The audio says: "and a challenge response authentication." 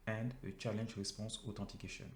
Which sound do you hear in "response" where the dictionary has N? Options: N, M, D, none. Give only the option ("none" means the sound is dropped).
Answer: none